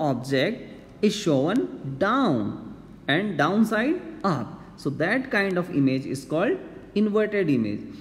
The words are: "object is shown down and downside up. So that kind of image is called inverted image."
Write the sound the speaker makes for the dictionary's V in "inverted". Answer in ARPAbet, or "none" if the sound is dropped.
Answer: V